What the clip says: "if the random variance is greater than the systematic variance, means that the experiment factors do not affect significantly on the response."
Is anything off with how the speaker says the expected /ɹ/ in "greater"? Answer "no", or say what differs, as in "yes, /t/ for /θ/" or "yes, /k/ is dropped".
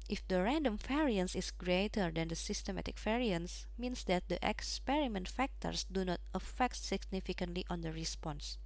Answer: no